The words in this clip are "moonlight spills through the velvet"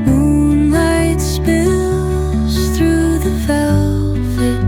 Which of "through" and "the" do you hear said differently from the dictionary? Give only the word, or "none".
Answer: none